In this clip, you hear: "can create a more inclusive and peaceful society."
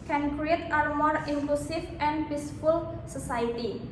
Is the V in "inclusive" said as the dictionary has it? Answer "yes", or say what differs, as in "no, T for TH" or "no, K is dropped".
no, F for V